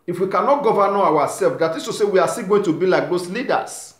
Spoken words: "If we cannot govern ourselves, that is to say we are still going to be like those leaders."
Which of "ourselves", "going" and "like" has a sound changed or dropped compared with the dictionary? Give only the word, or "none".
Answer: ourselves